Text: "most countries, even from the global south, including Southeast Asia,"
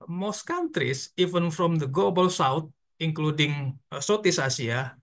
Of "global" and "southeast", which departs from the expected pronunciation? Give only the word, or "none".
southeast